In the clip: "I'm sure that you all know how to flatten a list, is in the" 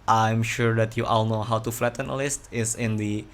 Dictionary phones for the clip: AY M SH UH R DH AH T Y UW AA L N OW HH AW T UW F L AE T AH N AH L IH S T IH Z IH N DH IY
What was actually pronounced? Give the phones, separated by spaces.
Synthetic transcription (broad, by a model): AY M SH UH R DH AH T Y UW AA L N OW HH AW T UW F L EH T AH N AH L IH S T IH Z IH N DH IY